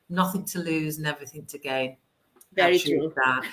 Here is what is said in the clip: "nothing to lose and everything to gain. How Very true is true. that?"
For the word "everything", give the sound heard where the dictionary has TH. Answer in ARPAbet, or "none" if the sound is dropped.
TH